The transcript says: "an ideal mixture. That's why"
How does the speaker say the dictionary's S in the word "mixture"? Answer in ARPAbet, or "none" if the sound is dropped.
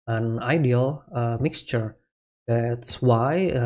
S